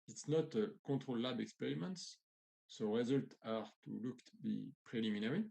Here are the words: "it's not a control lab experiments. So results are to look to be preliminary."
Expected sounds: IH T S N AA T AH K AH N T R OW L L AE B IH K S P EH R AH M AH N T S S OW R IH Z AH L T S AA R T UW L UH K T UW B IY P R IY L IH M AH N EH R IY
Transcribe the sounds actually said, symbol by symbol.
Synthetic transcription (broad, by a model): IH T S N AA T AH K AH T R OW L L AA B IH K S P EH R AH M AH N T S S OW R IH Z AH L T AA R T UW L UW K T UW B IY P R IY L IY M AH N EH R IY